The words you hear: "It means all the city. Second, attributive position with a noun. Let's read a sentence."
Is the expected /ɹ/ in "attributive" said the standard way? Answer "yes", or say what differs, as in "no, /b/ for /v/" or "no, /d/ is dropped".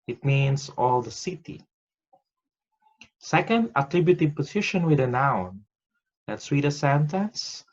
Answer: yes